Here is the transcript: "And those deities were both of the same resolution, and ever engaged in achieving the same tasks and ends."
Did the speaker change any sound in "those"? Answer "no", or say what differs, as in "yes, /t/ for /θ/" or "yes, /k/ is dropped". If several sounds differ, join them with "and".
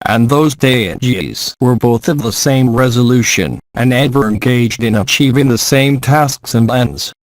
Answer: no